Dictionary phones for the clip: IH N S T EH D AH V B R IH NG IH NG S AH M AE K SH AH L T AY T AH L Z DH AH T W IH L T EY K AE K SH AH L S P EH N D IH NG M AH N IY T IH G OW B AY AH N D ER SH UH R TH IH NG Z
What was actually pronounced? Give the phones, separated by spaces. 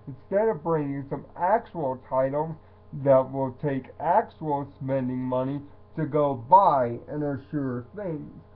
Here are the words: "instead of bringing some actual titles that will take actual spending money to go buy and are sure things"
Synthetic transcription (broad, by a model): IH N S T EH D AH V B R IH NG IH NG S AH M AE K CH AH L T AY T L Z DH AH T W IH L T EY K AE K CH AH L S P EH N D IH NG M AH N IY T IH G OW B AY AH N ER SH UH R TH IH NG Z